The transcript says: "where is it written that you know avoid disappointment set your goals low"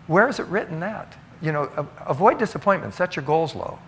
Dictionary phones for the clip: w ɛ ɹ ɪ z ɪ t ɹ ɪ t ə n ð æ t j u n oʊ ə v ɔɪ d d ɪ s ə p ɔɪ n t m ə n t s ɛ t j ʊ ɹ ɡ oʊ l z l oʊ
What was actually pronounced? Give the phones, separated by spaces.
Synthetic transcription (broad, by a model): w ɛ ɹ ɪ z ɪ t ɹ ɪ t n ð æ t j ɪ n oʊ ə v ɔɪ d d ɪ s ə p ɔɪ n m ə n t s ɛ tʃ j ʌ ɹ ɡ oʊ l z l oʊ